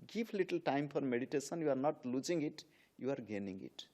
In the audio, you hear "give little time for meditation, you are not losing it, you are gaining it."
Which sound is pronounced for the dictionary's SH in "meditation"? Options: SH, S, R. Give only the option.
S